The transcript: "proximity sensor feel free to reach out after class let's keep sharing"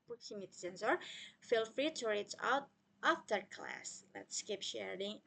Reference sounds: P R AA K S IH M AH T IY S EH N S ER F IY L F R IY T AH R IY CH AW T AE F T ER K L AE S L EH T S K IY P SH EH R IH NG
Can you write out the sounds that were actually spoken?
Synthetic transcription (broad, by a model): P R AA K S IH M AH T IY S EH N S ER F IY L F R IY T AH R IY S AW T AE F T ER K L AE S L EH T S K IY P SH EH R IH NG